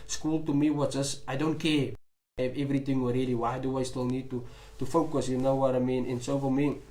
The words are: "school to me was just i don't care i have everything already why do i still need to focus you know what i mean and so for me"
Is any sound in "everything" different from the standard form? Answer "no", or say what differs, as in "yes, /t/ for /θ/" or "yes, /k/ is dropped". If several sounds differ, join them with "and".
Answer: yes, /t/ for /θ/